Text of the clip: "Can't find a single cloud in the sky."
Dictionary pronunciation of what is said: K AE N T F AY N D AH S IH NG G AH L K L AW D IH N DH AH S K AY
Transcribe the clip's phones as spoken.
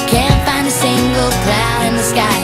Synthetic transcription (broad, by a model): K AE N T F AY N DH AH S IH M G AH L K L AW IH N DH AH S K AY